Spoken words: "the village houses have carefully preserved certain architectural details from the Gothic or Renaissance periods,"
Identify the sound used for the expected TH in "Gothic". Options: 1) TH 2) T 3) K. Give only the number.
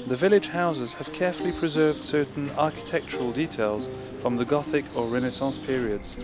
1